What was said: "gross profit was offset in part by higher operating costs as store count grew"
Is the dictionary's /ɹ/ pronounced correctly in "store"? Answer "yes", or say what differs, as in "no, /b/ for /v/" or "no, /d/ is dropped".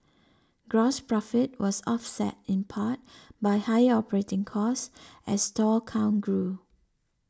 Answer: no, /l/ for /ɹ/